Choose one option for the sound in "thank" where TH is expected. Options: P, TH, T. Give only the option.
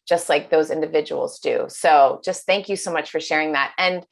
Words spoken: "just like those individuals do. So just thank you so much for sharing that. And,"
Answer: TH